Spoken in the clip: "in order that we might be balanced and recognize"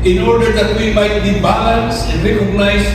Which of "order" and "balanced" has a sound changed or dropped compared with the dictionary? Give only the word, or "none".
balanced